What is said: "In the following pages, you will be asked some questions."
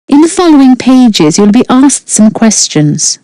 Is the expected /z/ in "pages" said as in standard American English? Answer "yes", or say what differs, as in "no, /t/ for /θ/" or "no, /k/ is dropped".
yes